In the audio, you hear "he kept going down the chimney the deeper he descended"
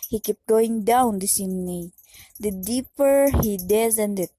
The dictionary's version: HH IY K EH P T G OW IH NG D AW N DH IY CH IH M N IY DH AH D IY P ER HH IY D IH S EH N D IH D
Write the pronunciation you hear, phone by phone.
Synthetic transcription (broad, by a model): HH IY K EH P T G OW IH NG D AW N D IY S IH N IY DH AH D IY P ER HH IY D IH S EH N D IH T